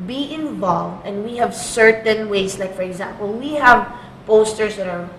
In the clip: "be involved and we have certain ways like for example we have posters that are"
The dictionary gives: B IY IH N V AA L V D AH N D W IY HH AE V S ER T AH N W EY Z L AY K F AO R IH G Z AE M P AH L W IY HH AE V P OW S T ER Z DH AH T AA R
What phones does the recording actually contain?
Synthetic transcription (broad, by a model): B IY IH N V AA L V D AH N D W IY HH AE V S ER T AH N W EY S L AY K F AO R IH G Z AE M P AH L W IY HH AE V P OW S T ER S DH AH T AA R